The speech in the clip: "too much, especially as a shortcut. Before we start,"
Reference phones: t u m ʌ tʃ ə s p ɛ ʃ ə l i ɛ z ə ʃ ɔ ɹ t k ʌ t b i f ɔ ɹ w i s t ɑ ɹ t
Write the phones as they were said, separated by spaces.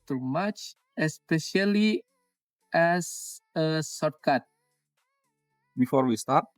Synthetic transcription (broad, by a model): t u m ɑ tʃ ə s p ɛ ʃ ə l i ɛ s ə s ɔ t k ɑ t b i f ɔ ɹ w i s t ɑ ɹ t